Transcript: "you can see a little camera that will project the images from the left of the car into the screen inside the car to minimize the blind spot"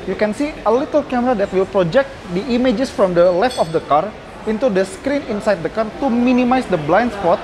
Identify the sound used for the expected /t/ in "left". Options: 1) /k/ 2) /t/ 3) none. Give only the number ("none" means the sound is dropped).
2